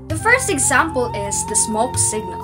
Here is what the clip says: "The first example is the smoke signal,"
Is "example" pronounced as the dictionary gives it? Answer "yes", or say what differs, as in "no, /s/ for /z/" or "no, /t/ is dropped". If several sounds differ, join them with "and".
yes